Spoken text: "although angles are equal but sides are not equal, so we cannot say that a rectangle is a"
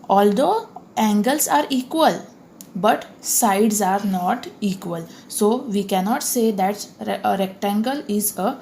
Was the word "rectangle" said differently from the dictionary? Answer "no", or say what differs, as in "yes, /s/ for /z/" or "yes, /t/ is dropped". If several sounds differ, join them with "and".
no